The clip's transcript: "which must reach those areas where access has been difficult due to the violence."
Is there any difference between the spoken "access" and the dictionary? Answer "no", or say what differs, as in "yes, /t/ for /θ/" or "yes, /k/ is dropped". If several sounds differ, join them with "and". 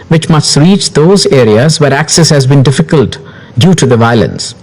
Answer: no